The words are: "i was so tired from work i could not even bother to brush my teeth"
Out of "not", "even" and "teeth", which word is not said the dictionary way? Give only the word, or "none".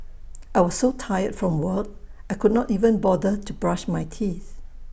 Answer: none